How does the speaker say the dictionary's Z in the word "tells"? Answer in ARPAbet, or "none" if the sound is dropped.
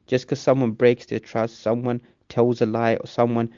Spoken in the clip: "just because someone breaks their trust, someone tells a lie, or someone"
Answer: Z